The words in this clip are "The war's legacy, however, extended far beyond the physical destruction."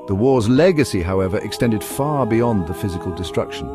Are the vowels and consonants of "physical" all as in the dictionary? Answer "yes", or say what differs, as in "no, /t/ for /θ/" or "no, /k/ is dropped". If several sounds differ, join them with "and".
yes